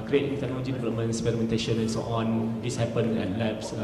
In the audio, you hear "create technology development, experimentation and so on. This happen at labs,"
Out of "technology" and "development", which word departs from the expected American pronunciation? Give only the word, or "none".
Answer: development